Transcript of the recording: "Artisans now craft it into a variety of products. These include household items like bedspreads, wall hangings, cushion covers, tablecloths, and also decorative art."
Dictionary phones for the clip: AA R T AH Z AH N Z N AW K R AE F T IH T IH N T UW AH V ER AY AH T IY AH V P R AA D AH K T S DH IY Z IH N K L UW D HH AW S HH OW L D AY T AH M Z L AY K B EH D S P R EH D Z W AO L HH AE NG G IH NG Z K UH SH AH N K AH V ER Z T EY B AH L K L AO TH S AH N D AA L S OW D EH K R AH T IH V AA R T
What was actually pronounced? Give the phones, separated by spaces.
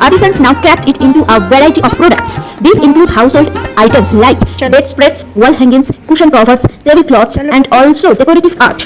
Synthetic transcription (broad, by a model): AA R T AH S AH N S N AW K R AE P T IH T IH N T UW AH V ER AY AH T IY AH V P R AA D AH K T S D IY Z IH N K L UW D HH AW S HH OW L D AY T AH M S L AY K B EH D S P R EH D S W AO L HH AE NG G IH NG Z K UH SH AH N K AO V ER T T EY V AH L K L AO T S AH N D AA L S OW D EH K R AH T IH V AA R T